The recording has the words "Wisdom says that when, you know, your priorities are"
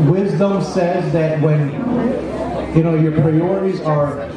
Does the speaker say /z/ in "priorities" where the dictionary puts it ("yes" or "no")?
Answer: yes